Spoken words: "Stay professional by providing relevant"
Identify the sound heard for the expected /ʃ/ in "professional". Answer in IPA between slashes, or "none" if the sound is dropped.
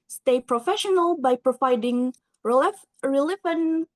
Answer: /ʃ/